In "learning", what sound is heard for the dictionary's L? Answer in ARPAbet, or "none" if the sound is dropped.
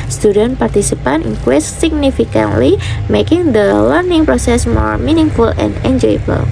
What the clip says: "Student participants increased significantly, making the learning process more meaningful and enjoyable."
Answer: L